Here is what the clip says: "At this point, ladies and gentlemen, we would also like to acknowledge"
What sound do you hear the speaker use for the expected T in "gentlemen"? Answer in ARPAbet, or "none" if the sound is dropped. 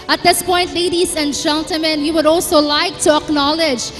T